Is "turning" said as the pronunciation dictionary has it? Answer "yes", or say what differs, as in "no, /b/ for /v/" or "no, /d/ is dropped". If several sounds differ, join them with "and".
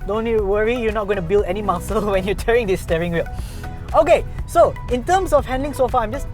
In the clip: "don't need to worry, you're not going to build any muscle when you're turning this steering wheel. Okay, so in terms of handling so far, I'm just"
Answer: no, /n/ is dropped